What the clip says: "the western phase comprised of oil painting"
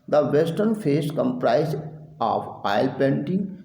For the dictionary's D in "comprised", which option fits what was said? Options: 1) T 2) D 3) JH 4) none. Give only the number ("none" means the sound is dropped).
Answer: 4